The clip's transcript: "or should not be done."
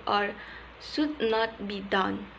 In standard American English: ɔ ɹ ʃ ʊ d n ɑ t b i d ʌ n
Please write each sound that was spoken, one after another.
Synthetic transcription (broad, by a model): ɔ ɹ s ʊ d n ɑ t b i d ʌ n